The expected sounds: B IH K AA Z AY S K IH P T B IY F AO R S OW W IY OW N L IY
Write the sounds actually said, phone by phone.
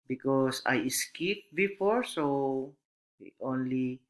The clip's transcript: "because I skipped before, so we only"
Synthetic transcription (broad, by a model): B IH K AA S AY S K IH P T B IY F AO R S OW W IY OW N L IY